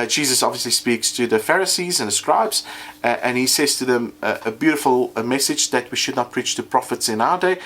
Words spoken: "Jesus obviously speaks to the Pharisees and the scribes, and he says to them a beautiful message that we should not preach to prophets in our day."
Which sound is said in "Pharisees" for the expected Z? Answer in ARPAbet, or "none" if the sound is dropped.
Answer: Z